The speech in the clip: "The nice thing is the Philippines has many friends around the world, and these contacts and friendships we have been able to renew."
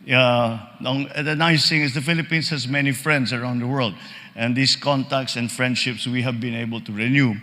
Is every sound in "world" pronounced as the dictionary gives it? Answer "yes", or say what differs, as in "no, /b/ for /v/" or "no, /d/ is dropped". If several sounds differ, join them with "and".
yes